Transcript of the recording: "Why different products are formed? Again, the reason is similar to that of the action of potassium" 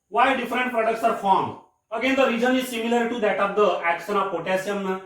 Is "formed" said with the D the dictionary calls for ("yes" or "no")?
no